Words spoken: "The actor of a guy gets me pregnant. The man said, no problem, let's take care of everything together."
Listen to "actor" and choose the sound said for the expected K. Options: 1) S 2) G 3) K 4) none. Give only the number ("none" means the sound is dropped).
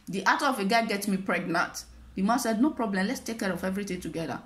4